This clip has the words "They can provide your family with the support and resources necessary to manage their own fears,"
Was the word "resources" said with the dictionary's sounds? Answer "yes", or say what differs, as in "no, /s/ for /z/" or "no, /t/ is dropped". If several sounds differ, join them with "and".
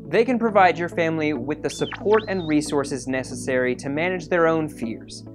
yes